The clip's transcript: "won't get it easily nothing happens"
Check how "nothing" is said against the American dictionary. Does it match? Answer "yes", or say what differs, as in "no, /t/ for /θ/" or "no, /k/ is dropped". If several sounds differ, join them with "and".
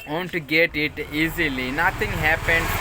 no, /t/ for /θ/